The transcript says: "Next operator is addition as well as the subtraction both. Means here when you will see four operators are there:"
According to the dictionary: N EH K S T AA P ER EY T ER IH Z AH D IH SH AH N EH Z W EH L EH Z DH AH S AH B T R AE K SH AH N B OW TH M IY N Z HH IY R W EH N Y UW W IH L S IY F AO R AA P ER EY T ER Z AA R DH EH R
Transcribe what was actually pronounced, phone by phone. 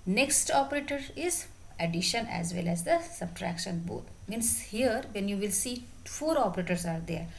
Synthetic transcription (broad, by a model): N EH K S T AA P ER EY T ER IH Z AH D IH SH AH N EH Z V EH L EH Z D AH S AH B T R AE K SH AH N B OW T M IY N S HH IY R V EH N Y UW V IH L S IY F AO R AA P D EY T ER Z AA R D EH R